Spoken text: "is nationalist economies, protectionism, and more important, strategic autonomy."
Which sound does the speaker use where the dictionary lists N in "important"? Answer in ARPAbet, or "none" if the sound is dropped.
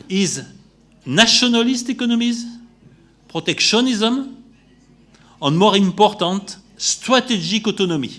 none